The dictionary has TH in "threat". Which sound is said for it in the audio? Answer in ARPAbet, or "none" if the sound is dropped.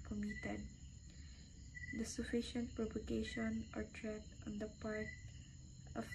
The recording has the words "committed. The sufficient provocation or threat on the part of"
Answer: T